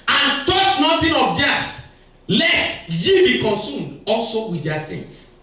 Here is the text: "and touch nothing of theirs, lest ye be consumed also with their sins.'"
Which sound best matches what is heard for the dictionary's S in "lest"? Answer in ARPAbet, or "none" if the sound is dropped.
S